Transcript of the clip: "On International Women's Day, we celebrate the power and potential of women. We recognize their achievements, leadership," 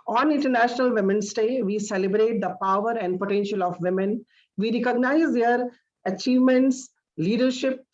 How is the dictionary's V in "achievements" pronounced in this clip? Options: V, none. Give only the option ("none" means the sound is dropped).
V